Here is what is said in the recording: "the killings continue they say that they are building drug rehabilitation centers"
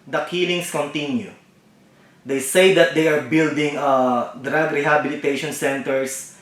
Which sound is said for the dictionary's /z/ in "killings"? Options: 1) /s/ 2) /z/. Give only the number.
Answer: 1